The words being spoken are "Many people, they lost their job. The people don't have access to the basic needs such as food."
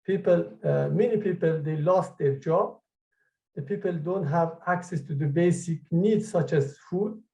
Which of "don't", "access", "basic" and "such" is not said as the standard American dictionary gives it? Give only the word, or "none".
none